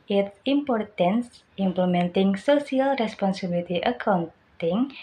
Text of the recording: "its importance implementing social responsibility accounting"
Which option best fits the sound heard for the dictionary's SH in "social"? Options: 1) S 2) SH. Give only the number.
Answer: 1